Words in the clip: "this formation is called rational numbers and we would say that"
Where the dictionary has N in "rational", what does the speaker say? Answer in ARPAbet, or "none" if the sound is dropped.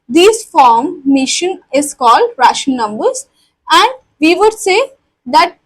none